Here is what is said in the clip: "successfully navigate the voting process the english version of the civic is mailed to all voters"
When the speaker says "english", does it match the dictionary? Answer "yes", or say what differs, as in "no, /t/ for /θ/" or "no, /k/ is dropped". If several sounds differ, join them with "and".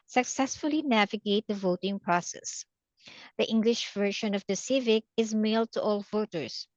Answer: yes